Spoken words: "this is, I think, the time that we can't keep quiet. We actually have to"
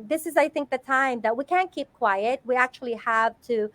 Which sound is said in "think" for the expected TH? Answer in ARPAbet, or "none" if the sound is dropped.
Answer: TH